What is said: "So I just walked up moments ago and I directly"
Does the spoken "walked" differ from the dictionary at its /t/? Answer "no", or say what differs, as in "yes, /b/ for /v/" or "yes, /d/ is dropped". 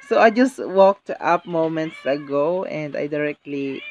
no